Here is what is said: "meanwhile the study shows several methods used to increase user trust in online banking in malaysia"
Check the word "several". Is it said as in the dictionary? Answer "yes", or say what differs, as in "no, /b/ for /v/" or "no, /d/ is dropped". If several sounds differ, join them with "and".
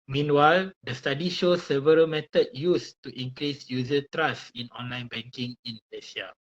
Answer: yes